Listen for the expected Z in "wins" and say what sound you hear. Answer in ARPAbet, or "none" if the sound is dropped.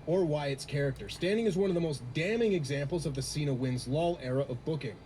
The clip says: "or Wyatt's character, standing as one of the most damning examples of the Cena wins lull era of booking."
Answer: Z